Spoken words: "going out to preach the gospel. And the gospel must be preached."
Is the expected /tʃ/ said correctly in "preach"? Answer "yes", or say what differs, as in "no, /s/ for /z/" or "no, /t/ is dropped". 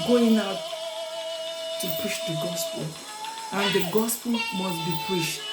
no, /ʃ/ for /tʃ/